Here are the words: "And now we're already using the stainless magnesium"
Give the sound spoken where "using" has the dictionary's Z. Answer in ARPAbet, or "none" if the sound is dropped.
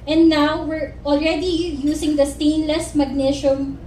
S